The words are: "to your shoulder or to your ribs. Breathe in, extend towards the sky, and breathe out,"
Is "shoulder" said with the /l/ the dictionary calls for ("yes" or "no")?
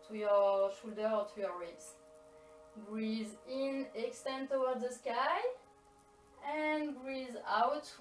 yes